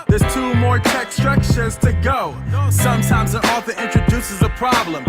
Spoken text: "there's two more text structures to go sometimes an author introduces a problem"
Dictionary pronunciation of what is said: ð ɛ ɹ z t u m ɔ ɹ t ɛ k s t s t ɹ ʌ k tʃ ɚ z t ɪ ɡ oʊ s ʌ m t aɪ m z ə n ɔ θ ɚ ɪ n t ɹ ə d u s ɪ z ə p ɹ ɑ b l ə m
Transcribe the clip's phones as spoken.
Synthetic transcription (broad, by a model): ð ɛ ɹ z t u m ɔ ɹ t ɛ k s s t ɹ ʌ k ʃ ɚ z t ɪ ɡ oʊ s ʌ m t aɪ m z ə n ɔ f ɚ ɪ n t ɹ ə d u s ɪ z ə p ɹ ɑ b l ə m